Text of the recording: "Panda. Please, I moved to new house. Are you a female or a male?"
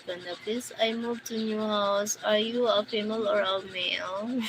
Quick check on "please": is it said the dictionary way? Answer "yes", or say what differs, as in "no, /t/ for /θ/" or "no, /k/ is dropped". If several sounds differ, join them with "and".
no, /s/ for /z/